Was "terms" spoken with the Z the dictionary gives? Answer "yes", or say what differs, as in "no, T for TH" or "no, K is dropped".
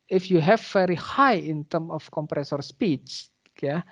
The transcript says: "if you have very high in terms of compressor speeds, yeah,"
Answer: no, Z is dropped